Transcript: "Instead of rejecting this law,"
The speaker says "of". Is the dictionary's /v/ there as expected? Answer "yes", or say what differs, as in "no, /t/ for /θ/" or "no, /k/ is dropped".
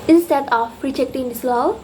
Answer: no, /p/ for /v/